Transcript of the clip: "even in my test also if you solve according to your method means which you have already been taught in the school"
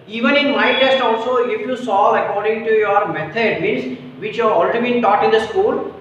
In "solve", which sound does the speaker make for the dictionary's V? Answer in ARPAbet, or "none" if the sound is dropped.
none